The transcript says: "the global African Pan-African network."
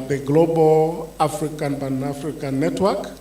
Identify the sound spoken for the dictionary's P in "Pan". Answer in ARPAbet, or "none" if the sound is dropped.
B